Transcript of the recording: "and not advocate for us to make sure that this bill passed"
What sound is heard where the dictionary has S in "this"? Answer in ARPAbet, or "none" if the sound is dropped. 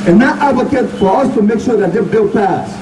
none